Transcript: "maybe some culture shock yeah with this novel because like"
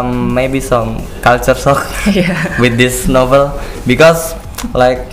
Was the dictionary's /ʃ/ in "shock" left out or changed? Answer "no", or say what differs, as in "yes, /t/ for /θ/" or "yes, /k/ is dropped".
yes, /s/ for /ʃ/